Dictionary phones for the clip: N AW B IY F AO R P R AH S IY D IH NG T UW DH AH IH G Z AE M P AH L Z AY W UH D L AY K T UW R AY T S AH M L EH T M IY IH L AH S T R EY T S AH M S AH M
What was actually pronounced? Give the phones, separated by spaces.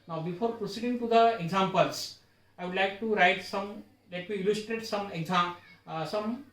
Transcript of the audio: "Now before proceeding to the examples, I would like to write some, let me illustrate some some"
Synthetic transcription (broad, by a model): N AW B IY F AO R P R AH S IY D IH NG T UW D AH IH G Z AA M P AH L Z AY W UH D L AY K T UW R AY T S AH M L EH T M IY IH L AH S T R EY T S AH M S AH M